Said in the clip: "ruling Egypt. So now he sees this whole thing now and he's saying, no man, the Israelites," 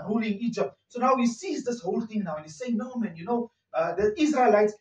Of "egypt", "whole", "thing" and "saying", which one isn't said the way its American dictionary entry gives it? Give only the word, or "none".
thing